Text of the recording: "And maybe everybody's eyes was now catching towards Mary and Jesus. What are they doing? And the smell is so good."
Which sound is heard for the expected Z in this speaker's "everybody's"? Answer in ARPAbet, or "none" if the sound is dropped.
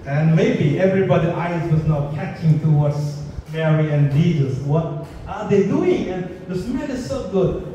none